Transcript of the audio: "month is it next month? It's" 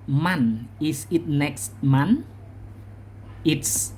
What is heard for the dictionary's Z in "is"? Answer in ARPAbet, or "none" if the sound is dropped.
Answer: S